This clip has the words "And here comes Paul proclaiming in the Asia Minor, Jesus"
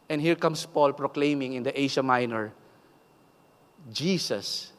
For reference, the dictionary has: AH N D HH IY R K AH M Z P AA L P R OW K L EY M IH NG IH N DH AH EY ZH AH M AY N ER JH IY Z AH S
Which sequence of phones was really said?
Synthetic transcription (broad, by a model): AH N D HH IY R K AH M S P AA L P R OW K L EY M IH NG IH N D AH EY SH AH M AY N ER JH IY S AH S